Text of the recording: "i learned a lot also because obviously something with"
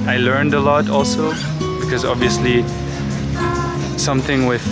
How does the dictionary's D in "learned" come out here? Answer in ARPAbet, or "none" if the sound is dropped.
D